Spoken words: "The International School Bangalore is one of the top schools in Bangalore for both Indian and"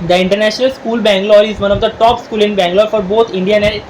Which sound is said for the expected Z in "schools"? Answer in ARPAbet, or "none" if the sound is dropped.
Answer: none